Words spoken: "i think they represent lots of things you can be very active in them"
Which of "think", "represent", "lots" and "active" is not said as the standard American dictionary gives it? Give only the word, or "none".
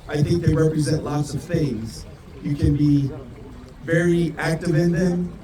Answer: none